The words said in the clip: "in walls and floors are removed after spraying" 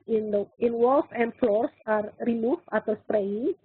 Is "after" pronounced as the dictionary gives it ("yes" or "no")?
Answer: no